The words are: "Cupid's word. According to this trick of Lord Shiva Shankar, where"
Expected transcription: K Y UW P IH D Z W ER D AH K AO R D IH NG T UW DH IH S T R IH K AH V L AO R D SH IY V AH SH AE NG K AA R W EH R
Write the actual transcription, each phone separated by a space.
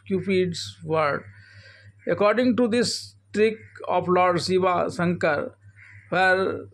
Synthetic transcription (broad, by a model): K Y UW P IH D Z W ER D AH K AO R D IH NG T UW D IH S T R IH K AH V L AO R D S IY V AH S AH NG K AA R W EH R